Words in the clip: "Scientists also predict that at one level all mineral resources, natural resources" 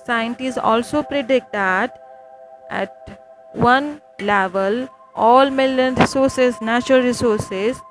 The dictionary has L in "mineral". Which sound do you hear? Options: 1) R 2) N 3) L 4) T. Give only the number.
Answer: 2